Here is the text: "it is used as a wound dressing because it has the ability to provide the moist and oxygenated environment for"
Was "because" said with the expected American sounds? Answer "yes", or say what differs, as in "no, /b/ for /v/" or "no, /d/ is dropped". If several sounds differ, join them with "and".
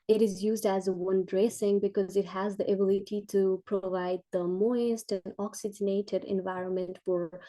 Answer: yes